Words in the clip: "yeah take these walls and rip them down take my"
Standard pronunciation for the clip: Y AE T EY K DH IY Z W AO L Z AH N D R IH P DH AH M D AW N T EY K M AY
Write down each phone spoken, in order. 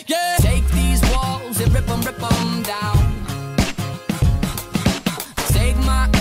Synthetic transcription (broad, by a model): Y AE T EY K DH IY Z W AO L Z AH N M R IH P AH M D AW N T EY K M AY